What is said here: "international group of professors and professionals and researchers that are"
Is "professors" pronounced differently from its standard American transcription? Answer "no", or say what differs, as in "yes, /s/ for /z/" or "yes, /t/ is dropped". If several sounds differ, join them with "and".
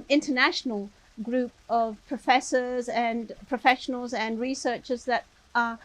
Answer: no